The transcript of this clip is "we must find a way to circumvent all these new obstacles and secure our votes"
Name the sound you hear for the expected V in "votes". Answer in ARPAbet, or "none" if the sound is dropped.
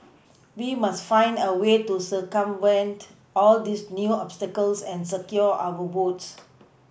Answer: B